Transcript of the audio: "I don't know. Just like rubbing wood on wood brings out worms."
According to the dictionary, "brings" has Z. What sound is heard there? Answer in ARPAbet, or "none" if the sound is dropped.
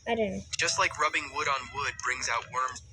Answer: Z